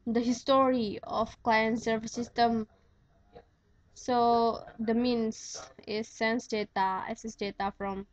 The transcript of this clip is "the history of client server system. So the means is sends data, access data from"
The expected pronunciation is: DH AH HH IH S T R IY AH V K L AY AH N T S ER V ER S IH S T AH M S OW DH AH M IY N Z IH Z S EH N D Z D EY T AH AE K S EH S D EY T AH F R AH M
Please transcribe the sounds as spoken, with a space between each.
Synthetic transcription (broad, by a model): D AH HH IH S T R IY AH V K L AY AH N T S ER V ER S IH S T AH M S OW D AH M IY N S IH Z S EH N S D EY T AH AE S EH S D EY T AH F R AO M